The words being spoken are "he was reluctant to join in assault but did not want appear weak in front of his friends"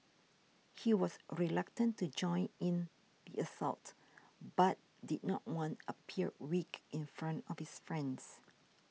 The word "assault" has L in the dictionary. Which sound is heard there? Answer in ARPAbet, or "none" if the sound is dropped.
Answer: L